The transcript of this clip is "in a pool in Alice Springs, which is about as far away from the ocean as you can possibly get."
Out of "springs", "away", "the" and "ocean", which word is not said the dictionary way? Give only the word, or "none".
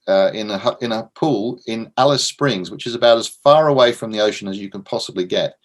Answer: none